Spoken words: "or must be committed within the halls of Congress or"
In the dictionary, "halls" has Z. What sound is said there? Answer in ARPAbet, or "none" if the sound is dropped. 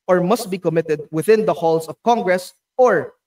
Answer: S